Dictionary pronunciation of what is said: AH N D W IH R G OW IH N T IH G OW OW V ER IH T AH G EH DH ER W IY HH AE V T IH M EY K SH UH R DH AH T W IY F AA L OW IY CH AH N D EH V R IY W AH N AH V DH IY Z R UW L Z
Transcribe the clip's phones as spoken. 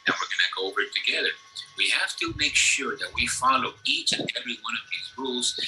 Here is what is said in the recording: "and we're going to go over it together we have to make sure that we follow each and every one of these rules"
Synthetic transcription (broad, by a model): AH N W IH R G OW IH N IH G OW OW V ER IH T AH G EH DH ER W IY HH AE F T IH M EY K SH UH R DH AH T W IY F AA L OW IY CH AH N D EH V R IY W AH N AH V DH IY Z R UW L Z